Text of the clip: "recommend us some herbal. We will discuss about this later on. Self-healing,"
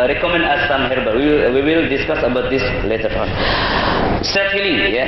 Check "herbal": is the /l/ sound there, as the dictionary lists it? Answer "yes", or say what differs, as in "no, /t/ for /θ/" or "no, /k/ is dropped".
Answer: no, /w/ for /l/